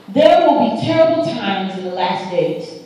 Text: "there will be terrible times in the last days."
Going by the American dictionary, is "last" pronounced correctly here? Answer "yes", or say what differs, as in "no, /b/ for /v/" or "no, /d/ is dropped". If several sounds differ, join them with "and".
yes